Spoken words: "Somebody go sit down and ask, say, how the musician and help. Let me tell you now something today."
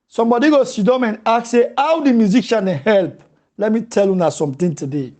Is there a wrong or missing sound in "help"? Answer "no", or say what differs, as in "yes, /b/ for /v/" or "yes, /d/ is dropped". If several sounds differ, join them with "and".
no